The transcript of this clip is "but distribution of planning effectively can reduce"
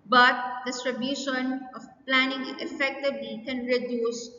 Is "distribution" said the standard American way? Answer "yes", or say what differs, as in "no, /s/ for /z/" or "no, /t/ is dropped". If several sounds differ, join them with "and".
yes